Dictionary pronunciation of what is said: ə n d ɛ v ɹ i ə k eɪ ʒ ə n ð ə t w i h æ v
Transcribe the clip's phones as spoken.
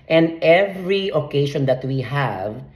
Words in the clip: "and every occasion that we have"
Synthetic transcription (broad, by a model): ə n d ɛ v ɹ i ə k eɪ ʃ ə n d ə t w i h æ v